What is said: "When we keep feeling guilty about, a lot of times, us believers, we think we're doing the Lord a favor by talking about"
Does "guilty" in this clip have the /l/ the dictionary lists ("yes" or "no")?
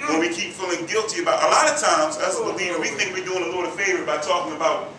yes